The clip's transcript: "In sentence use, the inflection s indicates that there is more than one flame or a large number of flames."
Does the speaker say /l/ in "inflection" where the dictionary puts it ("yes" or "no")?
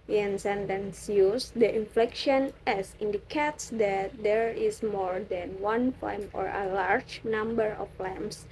yes